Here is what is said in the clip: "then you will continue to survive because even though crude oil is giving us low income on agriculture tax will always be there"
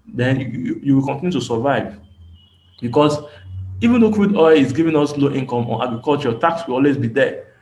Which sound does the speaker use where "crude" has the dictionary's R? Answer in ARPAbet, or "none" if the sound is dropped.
W